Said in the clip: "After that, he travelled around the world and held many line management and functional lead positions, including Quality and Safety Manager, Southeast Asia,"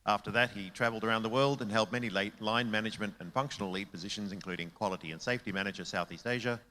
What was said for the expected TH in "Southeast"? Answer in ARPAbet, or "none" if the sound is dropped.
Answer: TH